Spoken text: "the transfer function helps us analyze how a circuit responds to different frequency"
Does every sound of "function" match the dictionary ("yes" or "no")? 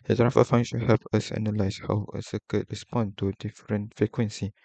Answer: no